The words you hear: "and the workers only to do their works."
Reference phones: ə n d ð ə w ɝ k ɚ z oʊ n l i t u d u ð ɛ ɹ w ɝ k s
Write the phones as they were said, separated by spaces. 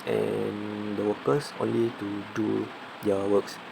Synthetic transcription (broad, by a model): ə n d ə w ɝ k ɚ s oʊ n l i t u d u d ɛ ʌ w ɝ k s